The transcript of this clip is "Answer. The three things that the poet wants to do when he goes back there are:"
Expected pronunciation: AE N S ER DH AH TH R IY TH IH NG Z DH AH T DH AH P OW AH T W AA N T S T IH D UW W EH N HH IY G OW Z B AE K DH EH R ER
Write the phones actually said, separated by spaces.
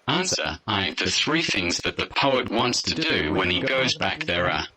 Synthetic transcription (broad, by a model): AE N S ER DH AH TH R IY TH IH NG Z DH AH T DH AH P OW AH T W AA N T S T IH D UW W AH N IY G OW Z B AE K DH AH R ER